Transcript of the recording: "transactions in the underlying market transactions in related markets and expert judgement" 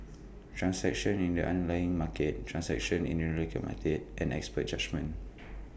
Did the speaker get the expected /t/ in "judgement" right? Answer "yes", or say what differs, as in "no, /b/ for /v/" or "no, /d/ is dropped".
no, /t/ is dropped